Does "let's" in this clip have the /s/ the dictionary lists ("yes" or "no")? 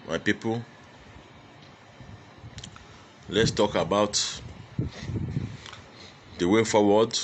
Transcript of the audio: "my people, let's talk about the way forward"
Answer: yes